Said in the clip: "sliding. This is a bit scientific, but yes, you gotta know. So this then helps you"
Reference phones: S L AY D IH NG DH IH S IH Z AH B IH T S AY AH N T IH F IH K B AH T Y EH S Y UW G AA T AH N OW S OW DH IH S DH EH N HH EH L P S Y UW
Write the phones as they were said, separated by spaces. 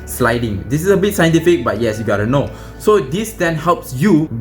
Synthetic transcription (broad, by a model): S L AY D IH NG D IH S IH S AH B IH T S AY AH N T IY F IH K B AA T Y EH S Y UW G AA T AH N OW S OW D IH S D EH N HH EH L P S Y UW